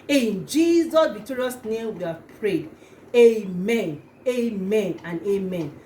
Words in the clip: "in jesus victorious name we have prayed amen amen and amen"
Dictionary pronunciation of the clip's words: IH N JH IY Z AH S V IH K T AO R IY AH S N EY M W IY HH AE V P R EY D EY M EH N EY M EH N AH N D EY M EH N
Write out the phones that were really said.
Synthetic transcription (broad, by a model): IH N JH IY Z AH S B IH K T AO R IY S N EY M W IY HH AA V P R EY D EY M EH N EY M EH N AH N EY M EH N